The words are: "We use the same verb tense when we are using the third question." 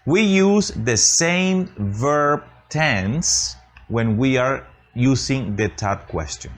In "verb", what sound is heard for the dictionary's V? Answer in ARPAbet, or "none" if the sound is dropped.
V